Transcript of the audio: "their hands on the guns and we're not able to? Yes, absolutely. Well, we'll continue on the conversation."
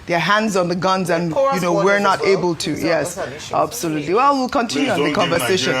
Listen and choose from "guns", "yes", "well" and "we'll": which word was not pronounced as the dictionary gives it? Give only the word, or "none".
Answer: none